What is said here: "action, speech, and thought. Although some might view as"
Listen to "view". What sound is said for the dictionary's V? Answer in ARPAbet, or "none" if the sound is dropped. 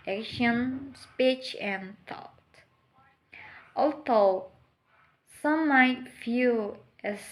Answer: F